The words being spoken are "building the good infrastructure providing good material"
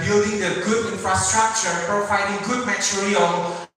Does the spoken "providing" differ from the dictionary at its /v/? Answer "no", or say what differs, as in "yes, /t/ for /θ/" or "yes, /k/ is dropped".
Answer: yes, /f/ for /v/